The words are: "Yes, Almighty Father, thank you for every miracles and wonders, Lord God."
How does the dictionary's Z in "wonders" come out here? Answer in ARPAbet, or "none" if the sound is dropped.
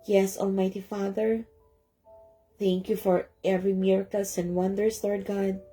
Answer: S